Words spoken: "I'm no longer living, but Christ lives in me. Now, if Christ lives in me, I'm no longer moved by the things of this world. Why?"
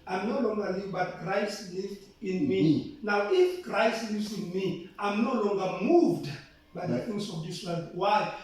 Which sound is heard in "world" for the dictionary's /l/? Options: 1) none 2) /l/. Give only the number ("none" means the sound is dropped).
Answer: 1